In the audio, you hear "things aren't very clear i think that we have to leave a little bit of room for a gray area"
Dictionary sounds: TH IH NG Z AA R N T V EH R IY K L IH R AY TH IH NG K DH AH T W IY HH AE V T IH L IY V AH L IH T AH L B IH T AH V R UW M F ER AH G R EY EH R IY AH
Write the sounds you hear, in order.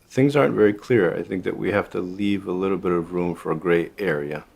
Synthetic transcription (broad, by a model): TH IH NG Z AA R N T V EH R IY K L IH R AY TH IH NG K DH AH T W IY HH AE F T IH L IY V AH L IH T L B IH T AH V R UW M F ER AH G R EY EH R IY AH